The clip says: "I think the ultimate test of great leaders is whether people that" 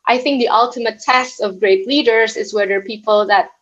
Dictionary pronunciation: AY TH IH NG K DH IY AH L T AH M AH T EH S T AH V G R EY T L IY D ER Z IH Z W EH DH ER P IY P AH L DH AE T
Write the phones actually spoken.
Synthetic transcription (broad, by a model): AY TH IH NG K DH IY AH L T AH M AH T EH S T AH V G R EY T L IY D ER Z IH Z W EH DH ER P IY P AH L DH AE T